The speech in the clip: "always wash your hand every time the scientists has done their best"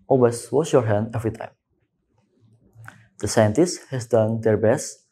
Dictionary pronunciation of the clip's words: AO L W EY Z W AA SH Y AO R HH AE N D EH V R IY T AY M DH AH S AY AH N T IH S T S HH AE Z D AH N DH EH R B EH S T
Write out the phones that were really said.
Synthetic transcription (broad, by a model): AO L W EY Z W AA S Y AO R HH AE N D EH V R IY T AY M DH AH S AY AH N T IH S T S HH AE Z D AH N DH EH R B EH S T